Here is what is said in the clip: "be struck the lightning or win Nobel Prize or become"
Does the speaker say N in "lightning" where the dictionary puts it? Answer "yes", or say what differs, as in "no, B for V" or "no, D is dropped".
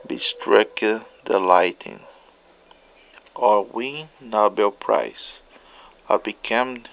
no, N is dropped